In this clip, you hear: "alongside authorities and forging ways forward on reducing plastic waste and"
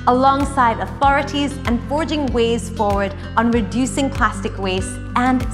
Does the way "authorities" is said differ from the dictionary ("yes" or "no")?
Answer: no